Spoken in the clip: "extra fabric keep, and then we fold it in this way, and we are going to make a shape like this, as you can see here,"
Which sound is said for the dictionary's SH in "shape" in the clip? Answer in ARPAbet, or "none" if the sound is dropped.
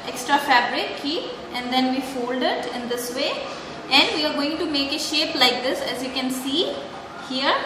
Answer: SH